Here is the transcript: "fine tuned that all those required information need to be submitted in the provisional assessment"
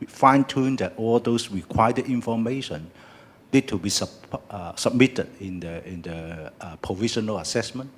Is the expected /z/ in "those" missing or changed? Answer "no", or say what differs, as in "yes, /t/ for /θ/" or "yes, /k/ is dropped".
yes, /s/ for /z/